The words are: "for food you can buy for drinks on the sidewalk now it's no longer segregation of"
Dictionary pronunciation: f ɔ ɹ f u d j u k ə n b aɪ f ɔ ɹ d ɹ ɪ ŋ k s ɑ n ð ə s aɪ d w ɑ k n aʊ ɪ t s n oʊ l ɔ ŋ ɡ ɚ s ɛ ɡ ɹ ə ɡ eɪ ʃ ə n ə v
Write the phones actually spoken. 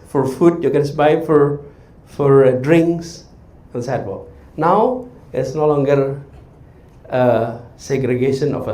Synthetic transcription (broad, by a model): f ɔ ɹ f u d j u k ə n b aɪ f ɔ ɹ d ɹ ɪ ŋ k s ɑ n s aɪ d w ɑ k n aʊ ɪ t s n oʊ l ɔ ŋ ɡ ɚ s ɛ ɡ ɹ ə ɡ eɪ ʃ ə n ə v